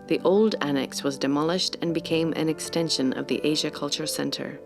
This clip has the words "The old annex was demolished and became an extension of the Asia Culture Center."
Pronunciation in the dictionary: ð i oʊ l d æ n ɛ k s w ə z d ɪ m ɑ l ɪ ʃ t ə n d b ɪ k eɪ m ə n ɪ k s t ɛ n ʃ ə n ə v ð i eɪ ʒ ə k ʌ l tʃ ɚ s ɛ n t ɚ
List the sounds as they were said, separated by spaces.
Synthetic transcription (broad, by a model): ð i oʊ l d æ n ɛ k s w ə z d ɪ m ɑ l ɪ ʃ t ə n b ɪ k eɪ m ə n ɪ k s t ɛ n ʃ ə n ə v ð i eɪ ʒ ə k ʌ l tʃ ɚ s ɛ n t ɚ